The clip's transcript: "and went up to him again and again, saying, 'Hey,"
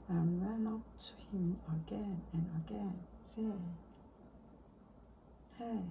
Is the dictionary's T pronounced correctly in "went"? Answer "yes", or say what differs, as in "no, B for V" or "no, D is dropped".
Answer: no, T is dropped